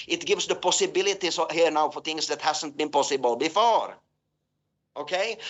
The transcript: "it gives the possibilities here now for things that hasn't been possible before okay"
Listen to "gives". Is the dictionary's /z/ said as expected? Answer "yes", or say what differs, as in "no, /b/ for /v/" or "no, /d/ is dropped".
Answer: no, /s/ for /z/